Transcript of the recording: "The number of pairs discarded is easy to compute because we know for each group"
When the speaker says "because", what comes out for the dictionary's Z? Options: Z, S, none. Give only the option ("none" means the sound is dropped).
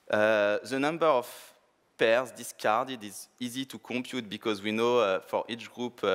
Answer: Z